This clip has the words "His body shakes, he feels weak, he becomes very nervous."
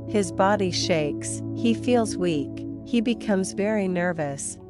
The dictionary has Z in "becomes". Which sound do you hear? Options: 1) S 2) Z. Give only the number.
2